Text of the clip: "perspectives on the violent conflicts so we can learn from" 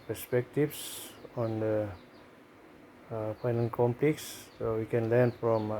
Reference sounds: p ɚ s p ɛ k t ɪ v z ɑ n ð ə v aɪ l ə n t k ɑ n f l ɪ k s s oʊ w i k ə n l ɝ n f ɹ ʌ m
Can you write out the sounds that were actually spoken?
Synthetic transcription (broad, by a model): p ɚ s p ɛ k t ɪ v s ɑ n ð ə p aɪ n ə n k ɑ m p l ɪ k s s oʊ w i k ə n l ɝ n f ɹ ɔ m